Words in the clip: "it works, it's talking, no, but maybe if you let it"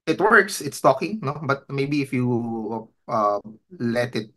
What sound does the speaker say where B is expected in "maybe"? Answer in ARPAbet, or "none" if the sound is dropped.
B